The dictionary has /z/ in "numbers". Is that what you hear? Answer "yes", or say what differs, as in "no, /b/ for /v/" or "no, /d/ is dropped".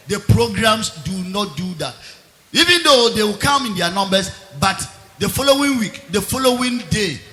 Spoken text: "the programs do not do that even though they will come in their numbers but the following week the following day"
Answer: no, /s/ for /z/